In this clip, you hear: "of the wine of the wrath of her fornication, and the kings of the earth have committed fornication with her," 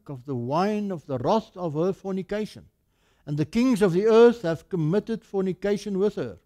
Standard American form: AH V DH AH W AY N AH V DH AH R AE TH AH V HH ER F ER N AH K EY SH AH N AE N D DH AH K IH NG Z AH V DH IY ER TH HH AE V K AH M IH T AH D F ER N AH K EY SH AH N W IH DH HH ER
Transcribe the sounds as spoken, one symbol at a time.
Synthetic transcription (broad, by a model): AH V DH AH W AY N AH V DH AH R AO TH AH V HH ER F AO N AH K EY SH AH N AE N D DH AH K IH NG Z AH V DH IY ER TH HH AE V K AH M IH T AH D F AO N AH K EY SH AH N W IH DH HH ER